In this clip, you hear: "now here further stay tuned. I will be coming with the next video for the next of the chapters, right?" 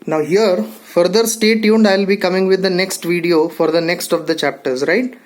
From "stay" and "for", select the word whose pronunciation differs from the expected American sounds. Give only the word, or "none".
none